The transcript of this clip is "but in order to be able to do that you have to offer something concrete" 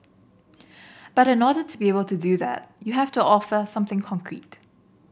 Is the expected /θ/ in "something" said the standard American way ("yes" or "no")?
yes